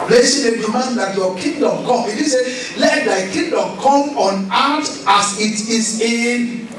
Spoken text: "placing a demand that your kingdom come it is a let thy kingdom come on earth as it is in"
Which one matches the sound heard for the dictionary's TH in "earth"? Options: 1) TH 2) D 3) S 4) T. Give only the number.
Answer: 4